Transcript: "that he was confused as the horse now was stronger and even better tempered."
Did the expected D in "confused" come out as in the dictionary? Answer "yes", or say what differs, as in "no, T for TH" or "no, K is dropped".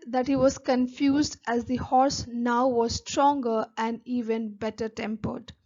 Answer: yes